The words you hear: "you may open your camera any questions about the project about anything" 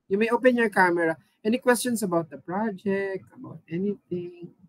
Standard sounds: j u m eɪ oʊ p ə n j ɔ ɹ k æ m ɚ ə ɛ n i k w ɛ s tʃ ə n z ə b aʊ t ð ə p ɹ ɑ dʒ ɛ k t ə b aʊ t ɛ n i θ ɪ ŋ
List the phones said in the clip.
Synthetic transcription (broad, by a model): j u m eɪ oʊ p ə n j ɔ ɹ k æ m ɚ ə ɛ n i k w ɛ s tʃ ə n s ə b aʊ t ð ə p ɹ ɑ dʒ ɛ k t ə b aʊ t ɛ n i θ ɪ ŋ